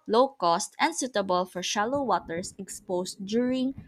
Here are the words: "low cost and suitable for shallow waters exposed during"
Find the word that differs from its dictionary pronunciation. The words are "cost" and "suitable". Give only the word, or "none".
none